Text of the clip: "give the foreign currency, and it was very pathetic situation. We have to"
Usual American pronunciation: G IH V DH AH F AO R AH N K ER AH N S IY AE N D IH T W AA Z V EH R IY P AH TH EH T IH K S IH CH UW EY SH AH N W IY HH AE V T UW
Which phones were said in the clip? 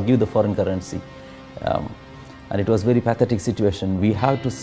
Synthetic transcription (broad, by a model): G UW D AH F AO R AH N K ER AH N S IY AE N D IH T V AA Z V EH R IY P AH T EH T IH K S IH CH UW EY SH AH N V IY HH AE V T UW